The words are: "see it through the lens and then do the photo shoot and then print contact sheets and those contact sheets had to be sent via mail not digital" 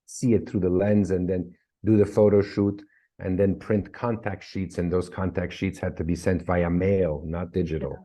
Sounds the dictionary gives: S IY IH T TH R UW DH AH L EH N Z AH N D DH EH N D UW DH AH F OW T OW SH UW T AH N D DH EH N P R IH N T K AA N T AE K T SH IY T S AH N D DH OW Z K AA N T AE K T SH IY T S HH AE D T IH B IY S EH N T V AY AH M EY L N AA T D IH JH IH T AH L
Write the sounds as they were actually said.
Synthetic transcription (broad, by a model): S IY IH T TH R UW DH AH L EH N Z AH N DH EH N D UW DH AH F OW T OW SH UW T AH N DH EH N P R IH N T K AA N T AE K T SH IY T S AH N DH OW Z K AA N T AE K T SH IY T S HH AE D T IH B IY S EH N T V AY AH M EY L N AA T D IH JH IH T L